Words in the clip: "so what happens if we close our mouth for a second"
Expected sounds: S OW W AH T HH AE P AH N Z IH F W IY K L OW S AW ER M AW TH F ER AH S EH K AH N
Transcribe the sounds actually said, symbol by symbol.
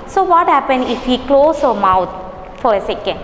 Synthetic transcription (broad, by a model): S OW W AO T HH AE P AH N IH F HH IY K L OW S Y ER M AW T F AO AH S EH K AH N